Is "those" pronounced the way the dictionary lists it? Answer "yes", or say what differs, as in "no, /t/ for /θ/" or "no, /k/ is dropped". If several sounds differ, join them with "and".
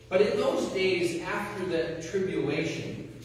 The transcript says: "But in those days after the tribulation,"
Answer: yes